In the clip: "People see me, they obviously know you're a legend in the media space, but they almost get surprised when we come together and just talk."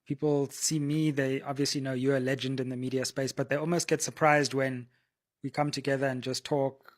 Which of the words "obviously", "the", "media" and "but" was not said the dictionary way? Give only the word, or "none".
none